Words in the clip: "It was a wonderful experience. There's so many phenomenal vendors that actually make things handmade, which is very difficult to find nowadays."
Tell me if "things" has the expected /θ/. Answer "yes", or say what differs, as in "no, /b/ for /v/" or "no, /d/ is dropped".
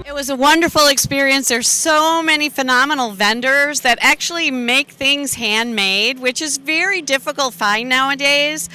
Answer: yes